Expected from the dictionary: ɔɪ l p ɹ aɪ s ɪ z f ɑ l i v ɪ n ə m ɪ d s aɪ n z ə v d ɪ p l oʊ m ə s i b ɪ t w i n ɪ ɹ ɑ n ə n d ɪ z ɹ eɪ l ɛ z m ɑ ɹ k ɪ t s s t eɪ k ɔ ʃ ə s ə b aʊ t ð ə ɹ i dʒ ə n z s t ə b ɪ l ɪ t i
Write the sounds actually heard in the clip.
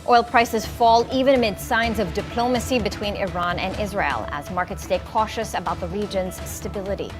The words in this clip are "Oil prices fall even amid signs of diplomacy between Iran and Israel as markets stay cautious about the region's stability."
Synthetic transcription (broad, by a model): ɔɪ l p ɹ aɪ s ɪ z f ɑ l i v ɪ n ə m ɪ d s aɪ n z ə v d ɪ p l oʊ m ə s i b ɪ t w i n ɪ ɹ ɑ n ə n ɪ z ɹ eɪ l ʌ z m ɑ ɹ k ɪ t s s t eɪ k ɔ ʃ ə s ə b aʊ t ð ə ɹ i dʒ ə n z s t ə b ɪ l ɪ t i